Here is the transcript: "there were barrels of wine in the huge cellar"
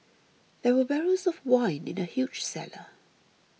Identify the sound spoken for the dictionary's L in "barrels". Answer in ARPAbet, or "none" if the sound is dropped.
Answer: none